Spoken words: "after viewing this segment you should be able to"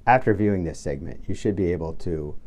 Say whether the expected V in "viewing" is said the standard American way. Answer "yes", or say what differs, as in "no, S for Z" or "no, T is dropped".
yes